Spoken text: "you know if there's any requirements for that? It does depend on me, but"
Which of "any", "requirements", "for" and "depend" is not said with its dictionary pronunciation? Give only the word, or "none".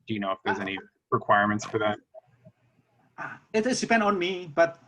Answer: none